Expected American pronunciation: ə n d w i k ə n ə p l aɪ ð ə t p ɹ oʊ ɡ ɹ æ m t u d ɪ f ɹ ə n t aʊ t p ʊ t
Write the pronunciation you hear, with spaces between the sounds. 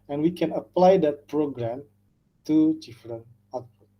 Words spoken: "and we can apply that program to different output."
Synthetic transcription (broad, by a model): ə n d w i k ə n ə p l aɪ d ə t p ɹ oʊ ɡ ɹ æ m t u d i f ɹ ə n aʊ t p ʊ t